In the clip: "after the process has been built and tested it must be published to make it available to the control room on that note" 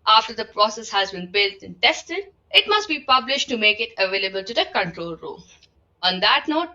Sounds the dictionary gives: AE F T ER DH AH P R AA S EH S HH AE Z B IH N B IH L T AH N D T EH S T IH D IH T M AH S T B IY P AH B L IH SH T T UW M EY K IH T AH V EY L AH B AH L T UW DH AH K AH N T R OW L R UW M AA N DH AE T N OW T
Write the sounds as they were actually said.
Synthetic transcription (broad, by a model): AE F T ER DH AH P R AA S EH S HH AE Z B IH N B IH L T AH N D T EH S T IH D IH T M AH S T B IY P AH B L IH SH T T UW M EY K IH T AH V EY L AH B AH L T UW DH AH K AH N T R OW L R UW AA N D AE T N OW T